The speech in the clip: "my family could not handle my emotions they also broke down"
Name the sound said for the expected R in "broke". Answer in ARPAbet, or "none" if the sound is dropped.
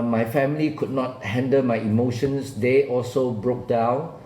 R